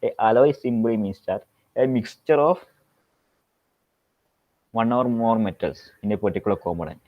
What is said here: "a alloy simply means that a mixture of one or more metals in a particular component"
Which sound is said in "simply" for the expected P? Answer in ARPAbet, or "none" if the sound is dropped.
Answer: B